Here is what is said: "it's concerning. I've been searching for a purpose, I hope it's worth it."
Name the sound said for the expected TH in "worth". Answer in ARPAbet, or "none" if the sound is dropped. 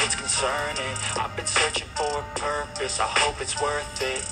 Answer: TH